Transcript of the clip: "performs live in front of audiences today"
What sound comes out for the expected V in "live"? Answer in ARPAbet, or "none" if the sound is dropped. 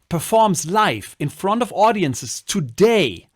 F